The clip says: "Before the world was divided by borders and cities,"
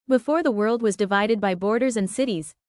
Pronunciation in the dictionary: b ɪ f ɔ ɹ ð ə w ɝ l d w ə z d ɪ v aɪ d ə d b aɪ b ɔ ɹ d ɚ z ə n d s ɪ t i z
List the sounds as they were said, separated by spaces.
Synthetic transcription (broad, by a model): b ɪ f ɔ ɹ ð ə w ɝ l d w ə z d ɪ v aɪ d ə d b aɪ b ɔ ɹ d ɚ z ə n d s ɪ t i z